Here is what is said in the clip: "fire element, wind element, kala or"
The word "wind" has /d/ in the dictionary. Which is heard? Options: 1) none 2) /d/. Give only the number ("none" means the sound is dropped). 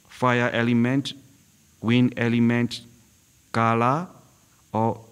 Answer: 1